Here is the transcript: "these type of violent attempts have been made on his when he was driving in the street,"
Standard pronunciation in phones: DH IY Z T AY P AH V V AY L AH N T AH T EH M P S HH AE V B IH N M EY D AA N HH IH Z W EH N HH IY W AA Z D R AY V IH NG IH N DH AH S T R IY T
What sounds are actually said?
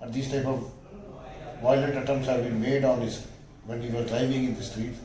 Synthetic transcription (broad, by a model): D IY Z T AY P AH V V AY L AH N T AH T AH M S HH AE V B IH N M EY D AA N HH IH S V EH N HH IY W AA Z D R AY V IH NG IH N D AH S T R IY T